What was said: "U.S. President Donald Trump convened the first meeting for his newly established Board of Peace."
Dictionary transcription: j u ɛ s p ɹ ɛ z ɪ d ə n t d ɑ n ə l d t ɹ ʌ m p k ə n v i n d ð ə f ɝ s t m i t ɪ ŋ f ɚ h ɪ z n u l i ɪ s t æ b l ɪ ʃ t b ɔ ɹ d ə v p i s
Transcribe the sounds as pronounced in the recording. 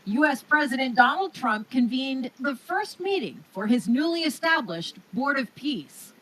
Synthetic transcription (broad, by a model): j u ɛ s p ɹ ɛ z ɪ d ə n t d ɑ n l d t ɹ ʌ m p k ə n v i n ð ə f ɝ s t m i t ɪ ŋ f ɚ ɪ z n u l i ɪ s t æ b l ɪ ʃ t b ɔ ɹ d ə v p i s